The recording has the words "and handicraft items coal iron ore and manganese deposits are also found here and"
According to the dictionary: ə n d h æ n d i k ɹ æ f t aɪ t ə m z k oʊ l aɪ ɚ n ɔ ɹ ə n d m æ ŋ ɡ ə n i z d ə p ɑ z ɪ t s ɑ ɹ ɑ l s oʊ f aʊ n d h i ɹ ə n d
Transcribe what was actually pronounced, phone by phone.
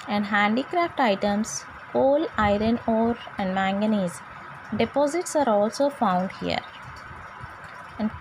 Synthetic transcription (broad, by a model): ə n d h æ n d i k ɹ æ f t aɪ t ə m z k oʊ l aɪ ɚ n ɔ ɹ ə n d m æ ŋ ɡ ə n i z d ə p ɑ z ɪ t s ɑ ɹ ɑ l s oʊ f aʊ n d h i ɹ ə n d